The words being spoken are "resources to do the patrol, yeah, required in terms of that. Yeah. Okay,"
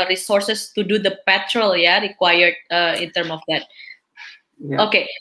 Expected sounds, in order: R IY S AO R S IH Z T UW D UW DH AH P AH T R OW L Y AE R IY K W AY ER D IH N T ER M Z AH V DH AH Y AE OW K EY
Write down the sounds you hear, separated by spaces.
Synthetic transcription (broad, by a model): R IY S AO R S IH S T UW D UW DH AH P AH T R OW L Y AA R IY K W AY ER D IH N T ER M AH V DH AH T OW K EY